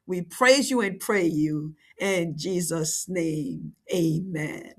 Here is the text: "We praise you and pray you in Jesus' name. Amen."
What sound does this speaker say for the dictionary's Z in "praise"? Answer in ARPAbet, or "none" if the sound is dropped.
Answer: Z